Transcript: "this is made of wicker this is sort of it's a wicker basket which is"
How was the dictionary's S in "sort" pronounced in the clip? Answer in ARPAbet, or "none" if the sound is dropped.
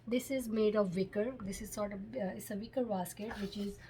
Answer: S